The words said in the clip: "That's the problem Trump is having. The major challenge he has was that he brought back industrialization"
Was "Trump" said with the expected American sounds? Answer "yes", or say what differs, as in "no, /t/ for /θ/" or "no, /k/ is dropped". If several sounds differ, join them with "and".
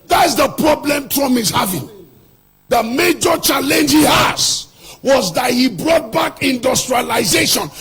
no, /p/ is dropped